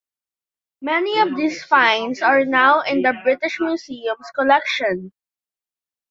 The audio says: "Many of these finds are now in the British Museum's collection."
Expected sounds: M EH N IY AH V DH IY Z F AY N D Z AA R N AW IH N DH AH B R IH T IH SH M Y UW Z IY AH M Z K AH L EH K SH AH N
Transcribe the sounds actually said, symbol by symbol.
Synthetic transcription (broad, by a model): M EH N IY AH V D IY S F AY N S AA R N AW IH N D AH B R IH T IH SH M Y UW S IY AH M S K AH L EH K SH AH N